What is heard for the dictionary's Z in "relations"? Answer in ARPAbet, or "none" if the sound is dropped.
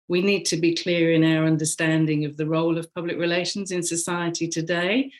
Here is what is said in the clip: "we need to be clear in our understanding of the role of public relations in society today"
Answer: Z